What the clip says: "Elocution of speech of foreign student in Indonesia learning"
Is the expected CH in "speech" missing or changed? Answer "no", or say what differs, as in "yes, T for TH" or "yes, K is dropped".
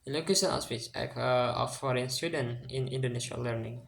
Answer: yes, S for CH